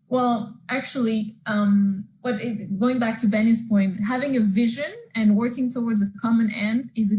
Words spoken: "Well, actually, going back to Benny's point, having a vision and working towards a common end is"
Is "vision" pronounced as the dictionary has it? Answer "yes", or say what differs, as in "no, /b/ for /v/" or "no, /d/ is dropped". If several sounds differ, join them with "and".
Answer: yes